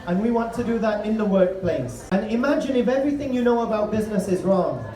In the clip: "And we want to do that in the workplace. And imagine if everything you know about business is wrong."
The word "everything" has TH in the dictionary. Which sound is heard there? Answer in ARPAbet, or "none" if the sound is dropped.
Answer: TH